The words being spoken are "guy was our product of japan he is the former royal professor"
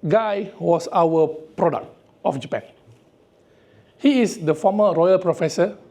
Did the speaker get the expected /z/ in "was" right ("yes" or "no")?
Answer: no